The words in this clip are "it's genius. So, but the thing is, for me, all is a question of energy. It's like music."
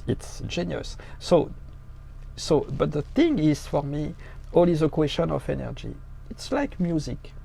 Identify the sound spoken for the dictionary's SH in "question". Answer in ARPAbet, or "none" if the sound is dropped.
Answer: SH